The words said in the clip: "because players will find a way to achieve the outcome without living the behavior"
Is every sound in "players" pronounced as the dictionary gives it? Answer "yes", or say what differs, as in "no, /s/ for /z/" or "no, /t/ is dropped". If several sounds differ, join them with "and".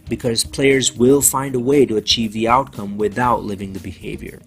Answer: yes